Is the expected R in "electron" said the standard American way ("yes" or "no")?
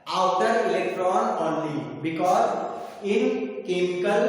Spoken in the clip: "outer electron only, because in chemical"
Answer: yes